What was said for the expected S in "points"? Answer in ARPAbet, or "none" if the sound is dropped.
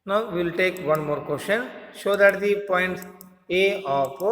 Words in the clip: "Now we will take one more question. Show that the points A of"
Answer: none